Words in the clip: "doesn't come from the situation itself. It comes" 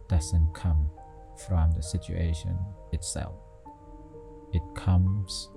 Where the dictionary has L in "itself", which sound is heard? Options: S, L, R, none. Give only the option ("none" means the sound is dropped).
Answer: L